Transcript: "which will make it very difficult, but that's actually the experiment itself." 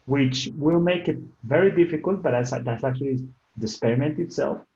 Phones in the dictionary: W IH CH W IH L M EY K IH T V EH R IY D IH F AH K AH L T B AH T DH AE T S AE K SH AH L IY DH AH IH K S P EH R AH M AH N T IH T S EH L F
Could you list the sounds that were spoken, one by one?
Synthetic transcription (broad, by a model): W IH CH W IH L M EY K IH T V EH R IY D IH F AH K AH L T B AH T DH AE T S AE K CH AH L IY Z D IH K S P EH R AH M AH N T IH T S EH L F